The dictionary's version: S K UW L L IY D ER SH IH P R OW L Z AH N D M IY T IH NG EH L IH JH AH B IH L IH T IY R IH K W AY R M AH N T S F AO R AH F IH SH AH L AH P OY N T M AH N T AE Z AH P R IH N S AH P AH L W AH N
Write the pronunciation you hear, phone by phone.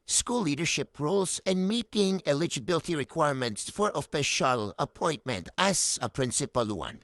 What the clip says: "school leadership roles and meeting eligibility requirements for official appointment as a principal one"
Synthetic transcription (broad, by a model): S K UW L L IY D ER SH IH P R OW L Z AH N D M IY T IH NG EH L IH JH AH B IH L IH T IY R IH K W AY R M AH N T S F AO R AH P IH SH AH L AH P OY N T M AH N T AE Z AH P R IH N S AH P AH L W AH N